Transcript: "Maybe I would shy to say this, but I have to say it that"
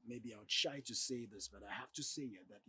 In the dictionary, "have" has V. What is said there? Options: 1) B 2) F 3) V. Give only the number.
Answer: 2